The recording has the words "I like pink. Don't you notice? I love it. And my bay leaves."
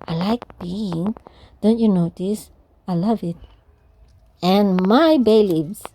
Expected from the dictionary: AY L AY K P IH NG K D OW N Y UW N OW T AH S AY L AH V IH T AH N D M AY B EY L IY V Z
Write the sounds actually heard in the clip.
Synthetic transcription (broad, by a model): AY L AY K B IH NG D OW N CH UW N OW T AH S AY L AH V IH T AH N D M AY B EY L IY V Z